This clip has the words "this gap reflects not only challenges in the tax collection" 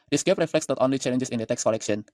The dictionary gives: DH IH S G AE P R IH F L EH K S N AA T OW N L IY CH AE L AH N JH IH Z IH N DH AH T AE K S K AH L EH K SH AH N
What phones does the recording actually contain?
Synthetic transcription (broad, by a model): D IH S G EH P R IH F L EH K S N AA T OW N L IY CH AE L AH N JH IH S IH N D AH T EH K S K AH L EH K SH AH N